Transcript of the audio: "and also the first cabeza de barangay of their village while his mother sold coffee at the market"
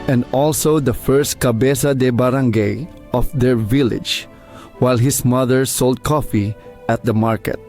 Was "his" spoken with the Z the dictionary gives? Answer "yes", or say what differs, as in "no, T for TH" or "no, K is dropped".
no, S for Z